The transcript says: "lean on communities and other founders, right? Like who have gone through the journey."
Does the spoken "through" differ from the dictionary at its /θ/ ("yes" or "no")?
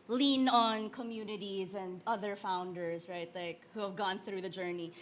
no